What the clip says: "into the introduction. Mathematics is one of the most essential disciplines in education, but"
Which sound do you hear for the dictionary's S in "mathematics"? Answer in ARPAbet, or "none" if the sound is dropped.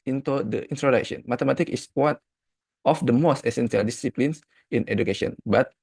none